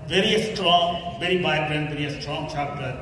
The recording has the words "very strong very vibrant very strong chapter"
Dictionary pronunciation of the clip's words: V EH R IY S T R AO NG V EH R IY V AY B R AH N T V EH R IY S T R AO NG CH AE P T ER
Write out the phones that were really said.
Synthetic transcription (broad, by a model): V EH R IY S T R AO NG V EH R IY B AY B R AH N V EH R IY S T R AO NG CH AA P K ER